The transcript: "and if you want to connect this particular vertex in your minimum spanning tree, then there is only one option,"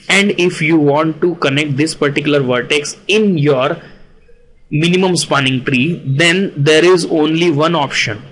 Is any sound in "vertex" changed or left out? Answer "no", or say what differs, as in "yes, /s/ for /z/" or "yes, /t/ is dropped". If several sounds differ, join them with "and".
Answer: no